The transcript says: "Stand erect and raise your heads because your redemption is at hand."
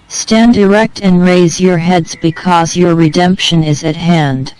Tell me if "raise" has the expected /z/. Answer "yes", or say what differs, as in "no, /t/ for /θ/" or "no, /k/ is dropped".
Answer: yes